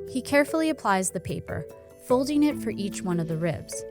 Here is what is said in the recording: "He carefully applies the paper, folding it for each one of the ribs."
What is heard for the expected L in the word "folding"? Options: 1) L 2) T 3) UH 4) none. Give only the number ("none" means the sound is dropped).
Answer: 1